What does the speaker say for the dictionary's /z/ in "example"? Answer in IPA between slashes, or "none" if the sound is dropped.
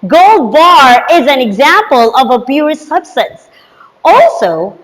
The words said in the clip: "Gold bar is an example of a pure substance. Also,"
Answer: /z/